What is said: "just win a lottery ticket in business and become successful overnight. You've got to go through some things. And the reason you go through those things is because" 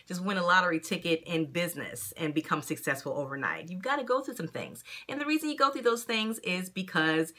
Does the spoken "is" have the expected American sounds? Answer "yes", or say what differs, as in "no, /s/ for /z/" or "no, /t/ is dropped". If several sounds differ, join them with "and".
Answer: yes